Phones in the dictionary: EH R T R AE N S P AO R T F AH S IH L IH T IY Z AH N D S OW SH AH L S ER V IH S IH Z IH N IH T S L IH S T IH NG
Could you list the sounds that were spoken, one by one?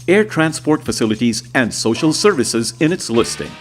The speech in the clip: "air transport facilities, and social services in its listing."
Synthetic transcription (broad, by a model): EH R T R AE N S P AO R T F AH S IH L IH T IY Z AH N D S OW SH AH L S ER V IH S IH Z IH N IH T S L IH S T IH NG